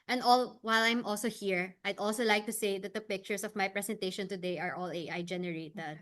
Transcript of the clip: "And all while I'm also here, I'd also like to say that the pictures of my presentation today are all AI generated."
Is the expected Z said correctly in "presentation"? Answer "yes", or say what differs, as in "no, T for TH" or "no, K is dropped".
no, S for Z